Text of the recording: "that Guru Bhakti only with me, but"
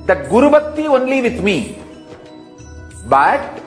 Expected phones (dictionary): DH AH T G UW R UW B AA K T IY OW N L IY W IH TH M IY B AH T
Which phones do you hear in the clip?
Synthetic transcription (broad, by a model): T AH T G UW R UW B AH T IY OW N L IY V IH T M IY B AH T